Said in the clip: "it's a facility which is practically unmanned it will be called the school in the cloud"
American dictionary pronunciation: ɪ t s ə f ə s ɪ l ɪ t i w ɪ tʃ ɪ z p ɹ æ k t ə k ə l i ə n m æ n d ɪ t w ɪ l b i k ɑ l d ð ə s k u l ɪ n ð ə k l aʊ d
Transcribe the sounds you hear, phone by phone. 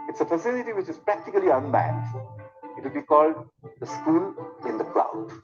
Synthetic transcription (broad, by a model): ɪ t s ə f ə s ɪ l ɪ t i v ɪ tʃ ɪ z p ɹ æ k t ə k ə l i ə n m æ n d ɪ t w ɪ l b i k ɑ l d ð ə s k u n ɪ n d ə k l aʊ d